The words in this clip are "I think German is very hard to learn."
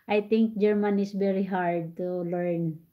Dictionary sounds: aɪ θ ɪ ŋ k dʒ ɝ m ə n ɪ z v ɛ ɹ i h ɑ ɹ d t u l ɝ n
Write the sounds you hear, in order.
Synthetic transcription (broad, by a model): aɪ t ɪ ŋ k dʒ ɝ m ə n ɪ s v ɛ ɹ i h ɑ ɹ d t u l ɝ n